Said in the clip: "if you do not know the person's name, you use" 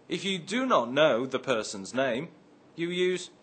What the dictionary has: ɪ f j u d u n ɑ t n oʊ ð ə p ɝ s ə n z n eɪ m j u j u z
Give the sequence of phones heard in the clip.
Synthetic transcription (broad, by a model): ɪ f j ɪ d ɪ n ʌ t n oʊ ð ə p ɝ s ə n z n eɪ m j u j u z